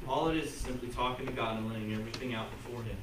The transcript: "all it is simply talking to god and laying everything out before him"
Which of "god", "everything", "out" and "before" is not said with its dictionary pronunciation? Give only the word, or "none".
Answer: none